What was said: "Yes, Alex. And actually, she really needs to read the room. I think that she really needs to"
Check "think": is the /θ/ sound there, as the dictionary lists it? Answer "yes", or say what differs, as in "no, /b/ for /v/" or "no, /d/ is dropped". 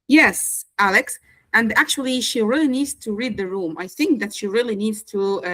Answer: yes